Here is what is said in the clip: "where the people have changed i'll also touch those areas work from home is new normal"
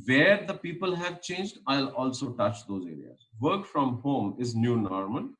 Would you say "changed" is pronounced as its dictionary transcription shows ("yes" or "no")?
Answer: yes